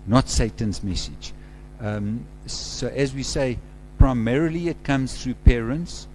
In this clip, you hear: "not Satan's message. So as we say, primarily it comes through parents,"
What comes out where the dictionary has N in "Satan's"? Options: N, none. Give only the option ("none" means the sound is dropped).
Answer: N